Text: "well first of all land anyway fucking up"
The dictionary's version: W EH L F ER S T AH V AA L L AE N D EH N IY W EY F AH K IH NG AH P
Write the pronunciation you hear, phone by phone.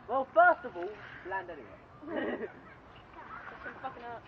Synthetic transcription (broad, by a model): W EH L F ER S T AH V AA L L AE N D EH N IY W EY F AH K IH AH